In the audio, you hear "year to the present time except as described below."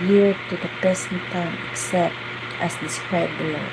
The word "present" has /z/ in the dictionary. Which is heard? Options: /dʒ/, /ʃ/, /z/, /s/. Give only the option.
/s/